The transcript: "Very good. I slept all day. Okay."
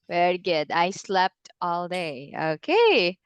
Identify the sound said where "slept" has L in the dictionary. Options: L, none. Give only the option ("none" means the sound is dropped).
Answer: L